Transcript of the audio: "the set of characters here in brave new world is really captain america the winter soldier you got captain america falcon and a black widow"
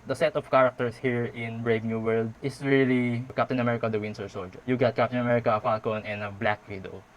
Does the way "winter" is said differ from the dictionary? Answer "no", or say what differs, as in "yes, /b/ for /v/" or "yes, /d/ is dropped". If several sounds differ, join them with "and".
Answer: yes, /s/ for /t/